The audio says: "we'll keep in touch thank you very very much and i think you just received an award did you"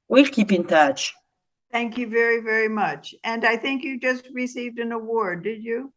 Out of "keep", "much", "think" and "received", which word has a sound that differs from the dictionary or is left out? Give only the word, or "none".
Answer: none